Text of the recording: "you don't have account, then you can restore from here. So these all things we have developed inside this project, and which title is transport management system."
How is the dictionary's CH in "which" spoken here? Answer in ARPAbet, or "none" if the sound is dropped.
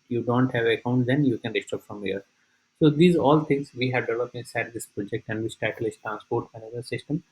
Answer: S